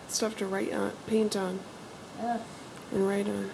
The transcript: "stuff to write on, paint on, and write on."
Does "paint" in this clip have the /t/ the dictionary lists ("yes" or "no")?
yes